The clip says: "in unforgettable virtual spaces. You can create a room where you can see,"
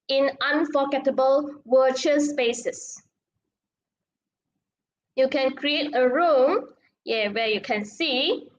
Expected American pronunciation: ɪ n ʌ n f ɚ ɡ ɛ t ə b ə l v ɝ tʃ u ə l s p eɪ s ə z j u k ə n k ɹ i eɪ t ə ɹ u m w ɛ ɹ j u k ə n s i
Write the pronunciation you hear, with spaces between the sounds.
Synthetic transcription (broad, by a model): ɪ n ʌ n f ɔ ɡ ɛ t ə b ə l w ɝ tʃ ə s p eɪ s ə s j u k ə n k ɹ i eɪ t ə ɹ u m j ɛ w j u k ə n s i